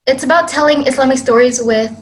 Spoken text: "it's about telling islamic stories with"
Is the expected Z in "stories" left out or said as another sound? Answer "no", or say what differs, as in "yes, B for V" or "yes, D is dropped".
no